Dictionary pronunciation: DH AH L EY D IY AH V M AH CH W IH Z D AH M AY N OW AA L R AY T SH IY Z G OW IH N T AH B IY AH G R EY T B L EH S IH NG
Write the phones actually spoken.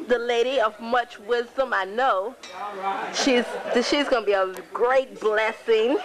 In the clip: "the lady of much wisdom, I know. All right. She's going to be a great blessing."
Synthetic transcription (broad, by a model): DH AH L EY D IY AH V M AH CH W IH Z D AH M AY N OW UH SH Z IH SH IY Z G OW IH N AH B IY AH G R EY T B L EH S IH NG